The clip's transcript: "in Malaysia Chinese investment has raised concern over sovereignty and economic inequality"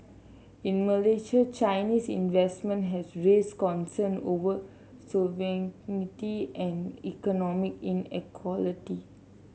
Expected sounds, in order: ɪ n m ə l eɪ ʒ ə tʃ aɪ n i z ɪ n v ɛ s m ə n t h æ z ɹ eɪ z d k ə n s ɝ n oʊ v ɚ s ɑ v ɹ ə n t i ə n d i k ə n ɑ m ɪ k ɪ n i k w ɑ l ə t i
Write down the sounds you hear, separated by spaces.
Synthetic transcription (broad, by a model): ɪ n m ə l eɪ ʃ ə tʃ aɪ n i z ɪ n v ɛ s m ə n t h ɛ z ɹ eɪ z k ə n s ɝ n oʊ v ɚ s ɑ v ə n t i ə n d i k ə n ɑ m ɪ k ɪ n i k w ɑ l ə t i